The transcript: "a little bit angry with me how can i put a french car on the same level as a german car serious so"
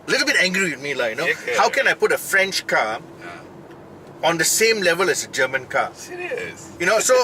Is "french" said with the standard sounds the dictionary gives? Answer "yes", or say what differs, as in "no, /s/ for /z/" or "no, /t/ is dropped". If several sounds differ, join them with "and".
yes